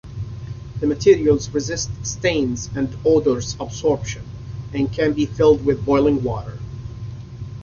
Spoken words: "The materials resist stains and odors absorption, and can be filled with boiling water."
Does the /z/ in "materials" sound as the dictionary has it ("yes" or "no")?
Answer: yes